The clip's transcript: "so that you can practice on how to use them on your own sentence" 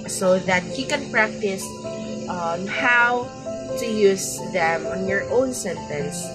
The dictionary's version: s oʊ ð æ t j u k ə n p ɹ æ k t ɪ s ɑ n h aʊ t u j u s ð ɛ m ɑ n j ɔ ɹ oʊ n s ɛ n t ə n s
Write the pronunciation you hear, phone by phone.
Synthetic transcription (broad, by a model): s oʊ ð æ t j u k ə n p ɹ æ k t ɪ s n h aʊ t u j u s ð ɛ m ɑ n j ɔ ɹ oʊ n s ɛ n t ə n s